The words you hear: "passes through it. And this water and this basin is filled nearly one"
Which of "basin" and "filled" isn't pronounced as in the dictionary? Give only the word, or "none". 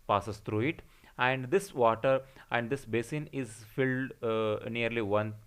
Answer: none